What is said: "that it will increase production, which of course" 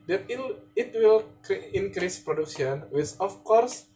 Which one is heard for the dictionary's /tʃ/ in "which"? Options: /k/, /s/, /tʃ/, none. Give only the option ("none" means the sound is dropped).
/s/